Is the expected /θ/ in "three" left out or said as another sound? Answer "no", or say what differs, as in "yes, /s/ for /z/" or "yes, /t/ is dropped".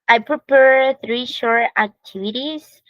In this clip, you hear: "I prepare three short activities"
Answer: no